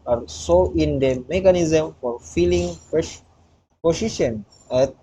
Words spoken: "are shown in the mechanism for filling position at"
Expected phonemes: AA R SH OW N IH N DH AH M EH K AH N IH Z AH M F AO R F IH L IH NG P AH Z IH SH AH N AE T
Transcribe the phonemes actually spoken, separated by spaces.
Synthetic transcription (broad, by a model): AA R S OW IH N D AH M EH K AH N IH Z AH M F AO R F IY L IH NG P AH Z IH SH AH N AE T